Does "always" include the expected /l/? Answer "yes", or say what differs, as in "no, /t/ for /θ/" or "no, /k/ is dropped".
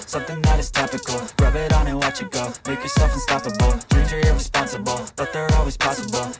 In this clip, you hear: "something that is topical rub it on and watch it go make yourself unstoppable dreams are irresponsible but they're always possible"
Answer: yes